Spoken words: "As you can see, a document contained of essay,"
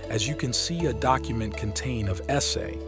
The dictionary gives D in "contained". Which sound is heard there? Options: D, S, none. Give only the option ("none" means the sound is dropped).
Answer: none